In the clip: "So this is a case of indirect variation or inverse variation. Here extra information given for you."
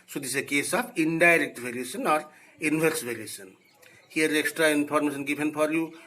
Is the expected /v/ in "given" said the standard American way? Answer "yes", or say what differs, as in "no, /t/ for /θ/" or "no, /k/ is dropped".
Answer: no, /p/ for /v/